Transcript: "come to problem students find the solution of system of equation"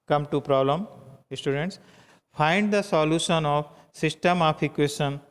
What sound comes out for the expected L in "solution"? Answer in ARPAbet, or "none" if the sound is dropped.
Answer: L